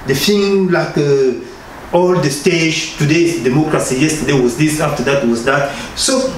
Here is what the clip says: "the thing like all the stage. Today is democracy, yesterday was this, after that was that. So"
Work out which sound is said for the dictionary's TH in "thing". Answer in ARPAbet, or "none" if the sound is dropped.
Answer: F